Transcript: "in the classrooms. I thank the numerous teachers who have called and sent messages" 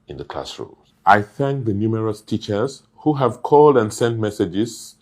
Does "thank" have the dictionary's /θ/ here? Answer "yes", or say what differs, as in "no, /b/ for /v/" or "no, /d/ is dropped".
yes